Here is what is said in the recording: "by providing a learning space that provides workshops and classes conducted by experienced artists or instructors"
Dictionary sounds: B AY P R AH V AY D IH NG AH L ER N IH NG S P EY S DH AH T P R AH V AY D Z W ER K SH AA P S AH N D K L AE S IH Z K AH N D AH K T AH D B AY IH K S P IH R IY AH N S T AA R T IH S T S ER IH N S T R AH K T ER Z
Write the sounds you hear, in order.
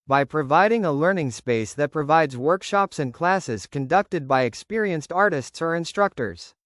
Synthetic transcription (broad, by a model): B AY P R AH V AY D IH NG AH L ER N IH NG S P EY S DH AH T P R AH V AY D Z W ER K SH AA P S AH N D K L AE S IH Z K AH N D AH K T AH D B AY IH K S P IH R IY AH N S T AA R T IH S T S ER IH N S T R AH K T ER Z